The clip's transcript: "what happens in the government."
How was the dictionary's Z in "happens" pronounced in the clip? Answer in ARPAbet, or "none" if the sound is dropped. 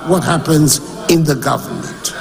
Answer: Z